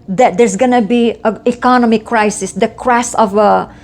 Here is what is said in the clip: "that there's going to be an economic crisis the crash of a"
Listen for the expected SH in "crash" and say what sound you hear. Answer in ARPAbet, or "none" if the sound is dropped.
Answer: S